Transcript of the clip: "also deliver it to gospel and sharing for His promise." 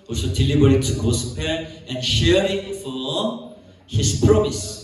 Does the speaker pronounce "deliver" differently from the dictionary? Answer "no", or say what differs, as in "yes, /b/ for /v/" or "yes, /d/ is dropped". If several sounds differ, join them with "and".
yes, /b/ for /v/